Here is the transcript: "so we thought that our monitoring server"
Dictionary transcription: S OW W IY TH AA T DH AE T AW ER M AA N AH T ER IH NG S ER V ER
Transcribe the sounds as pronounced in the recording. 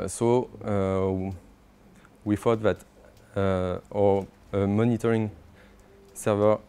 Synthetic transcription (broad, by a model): S OW W IY F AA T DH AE T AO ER M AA N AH T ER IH NG S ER V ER